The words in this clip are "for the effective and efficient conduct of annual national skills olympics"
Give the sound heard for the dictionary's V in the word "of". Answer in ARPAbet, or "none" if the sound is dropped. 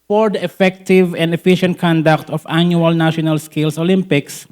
F